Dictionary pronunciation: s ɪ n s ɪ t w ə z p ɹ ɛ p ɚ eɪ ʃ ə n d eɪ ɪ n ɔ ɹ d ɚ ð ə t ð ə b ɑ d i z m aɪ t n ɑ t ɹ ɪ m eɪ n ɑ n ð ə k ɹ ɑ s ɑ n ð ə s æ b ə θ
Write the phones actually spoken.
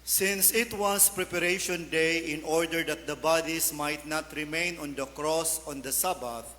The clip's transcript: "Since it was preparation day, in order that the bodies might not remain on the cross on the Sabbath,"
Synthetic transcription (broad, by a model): s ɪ n s ɪ t w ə s p ɹ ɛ p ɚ eɪ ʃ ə n d eɪ ɪ n ɔ ɹ d ɚ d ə t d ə b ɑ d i s m aɪ t n ɑ t ɹ ɪ m eɪ n ɑ n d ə k ɹ ɑ s ɑ n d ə s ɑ b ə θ